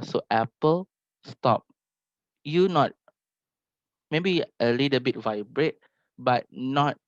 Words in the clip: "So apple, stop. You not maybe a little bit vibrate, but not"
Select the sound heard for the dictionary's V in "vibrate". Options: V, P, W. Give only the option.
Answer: V